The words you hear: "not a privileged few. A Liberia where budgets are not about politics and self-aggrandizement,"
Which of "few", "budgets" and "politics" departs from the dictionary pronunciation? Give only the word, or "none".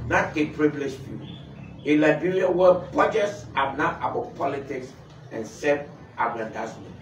budgets